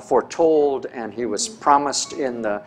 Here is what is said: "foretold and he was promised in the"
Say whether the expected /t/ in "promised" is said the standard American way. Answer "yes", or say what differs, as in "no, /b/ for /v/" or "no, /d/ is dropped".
yes